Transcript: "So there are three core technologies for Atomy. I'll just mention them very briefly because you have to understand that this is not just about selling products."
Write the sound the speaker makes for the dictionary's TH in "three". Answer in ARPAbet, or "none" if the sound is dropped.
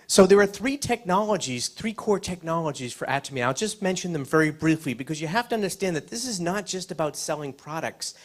TH